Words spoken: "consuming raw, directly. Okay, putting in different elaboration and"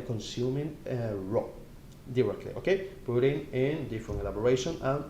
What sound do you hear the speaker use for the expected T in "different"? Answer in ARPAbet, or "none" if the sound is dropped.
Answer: none